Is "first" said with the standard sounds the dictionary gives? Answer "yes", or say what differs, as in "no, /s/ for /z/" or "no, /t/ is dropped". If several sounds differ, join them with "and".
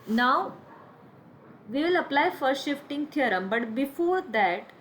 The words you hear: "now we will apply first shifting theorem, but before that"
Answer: no, /s/ is dropped